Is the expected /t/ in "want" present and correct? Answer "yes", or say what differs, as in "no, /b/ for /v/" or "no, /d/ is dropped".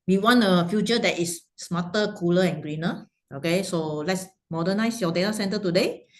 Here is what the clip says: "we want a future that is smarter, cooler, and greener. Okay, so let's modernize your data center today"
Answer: no, /t/ is dropped